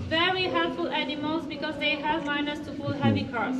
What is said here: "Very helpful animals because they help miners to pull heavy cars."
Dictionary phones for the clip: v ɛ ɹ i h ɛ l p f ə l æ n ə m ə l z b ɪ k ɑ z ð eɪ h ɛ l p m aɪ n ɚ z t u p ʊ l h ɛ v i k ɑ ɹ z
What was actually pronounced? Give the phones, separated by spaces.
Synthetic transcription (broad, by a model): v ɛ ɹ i h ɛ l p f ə l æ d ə m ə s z b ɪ k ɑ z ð eɪ h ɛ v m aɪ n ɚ s t u f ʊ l h ɛ v i k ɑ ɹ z